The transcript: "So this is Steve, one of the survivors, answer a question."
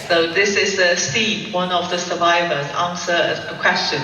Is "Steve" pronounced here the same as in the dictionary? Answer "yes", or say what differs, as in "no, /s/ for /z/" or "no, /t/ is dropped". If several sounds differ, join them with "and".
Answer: no, /p/ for /v/